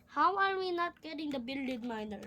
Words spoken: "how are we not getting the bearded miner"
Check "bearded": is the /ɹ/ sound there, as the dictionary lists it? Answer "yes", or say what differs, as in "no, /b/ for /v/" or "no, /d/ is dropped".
no, /l/ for /ɹ/